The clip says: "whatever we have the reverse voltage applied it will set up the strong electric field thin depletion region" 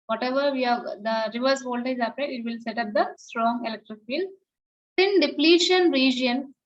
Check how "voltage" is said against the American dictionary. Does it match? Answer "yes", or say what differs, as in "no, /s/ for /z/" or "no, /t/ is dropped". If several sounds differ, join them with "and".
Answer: no, /z/ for /dʒ/